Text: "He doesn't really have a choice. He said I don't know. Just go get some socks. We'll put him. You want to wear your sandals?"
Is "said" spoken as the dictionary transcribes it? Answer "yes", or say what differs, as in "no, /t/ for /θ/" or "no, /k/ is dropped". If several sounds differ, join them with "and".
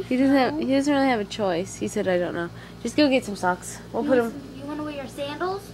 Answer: yes